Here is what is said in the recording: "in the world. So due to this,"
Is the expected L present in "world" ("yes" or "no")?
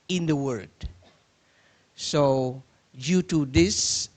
no